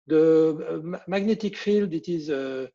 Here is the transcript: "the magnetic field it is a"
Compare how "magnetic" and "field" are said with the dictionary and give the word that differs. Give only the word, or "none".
none